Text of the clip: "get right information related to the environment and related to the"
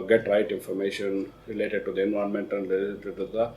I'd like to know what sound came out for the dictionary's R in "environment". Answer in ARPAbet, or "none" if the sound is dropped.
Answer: none